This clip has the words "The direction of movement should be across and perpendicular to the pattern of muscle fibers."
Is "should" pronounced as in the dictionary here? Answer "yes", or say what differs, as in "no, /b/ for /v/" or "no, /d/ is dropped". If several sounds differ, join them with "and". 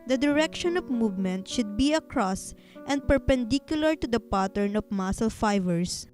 yes